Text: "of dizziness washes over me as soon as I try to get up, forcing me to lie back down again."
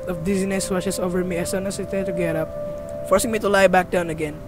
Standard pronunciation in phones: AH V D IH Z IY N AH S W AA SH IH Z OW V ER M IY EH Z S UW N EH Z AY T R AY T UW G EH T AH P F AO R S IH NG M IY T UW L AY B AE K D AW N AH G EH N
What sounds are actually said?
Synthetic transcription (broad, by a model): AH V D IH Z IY N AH S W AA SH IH S OW V ER M IY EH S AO N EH S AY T AY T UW G EH T AH P F AO R S IH NG M IY T UW L AY B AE K D AW N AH G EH N